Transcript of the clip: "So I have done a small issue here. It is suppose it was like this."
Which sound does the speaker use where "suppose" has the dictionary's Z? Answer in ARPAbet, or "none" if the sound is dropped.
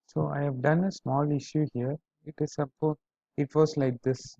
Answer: none